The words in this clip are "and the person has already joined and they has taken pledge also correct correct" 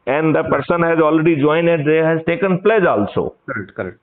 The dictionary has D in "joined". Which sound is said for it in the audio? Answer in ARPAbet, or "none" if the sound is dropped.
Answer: none